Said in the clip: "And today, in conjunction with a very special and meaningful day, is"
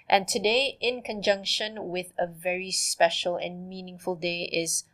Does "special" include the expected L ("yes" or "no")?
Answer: yes